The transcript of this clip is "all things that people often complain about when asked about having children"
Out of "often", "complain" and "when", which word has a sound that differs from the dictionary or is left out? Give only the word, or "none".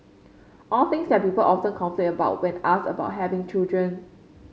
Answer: complain